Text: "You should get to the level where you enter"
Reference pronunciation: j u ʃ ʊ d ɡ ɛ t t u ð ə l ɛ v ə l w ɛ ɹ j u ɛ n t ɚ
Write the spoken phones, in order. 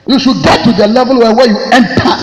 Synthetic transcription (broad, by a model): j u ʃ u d ɡ ɛ t t u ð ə l ɛ v ə l w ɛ w j u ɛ n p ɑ